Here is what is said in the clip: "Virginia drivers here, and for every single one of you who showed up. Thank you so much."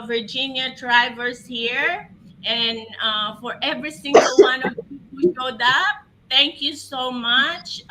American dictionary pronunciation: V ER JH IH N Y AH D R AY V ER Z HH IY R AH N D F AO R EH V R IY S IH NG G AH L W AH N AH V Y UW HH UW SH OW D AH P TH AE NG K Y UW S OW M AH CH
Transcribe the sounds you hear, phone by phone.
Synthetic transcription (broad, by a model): V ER JH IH N Y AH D R AY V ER S HH IY R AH N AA F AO R EH V R IY S IH NG G AH L W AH N AH V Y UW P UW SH OW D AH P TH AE NG K Y UW S OW M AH CH